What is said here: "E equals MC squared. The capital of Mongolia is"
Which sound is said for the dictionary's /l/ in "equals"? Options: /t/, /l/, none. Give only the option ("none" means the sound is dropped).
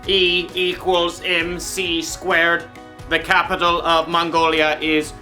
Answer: /l/